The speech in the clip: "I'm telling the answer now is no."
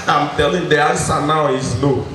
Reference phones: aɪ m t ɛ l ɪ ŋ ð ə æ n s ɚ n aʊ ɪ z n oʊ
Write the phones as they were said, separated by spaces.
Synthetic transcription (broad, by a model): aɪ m t ɛ l ɪ ŋ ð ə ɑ s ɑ n aʊ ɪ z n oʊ